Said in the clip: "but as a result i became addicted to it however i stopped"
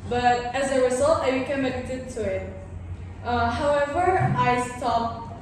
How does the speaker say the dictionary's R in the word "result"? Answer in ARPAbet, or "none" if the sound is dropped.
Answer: W